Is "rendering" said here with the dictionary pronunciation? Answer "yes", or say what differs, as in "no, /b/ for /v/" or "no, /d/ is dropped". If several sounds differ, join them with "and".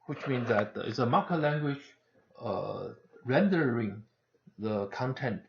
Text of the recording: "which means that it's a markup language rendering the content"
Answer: yes